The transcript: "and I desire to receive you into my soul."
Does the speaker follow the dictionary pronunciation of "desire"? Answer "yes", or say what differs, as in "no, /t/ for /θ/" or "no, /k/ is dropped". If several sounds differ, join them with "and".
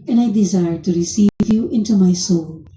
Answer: yes